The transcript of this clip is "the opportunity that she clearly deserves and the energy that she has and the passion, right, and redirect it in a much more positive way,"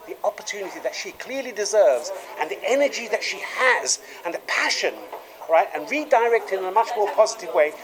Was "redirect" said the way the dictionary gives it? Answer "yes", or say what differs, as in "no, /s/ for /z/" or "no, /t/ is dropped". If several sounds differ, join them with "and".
yes